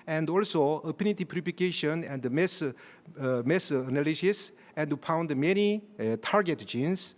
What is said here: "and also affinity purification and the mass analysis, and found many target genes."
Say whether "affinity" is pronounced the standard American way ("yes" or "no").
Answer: no